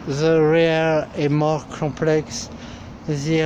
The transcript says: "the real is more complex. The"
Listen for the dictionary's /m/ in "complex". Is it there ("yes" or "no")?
no